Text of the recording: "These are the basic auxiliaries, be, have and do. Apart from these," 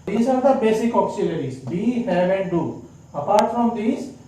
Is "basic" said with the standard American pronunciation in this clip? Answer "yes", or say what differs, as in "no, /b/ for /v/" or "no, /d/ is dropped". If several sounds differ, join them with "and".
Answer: yes